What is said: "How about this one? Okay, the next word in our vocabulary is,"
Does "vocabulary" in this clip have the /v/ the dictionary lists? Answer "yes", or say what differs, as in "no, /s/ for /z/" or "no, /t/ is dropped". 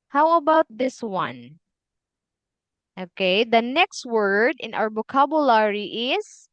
no, /b/ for /v/